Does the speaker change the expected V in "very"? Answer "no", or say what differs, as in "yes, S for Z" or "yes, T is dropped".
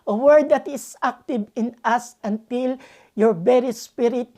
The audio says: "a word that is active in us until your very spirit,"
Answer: yes, B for V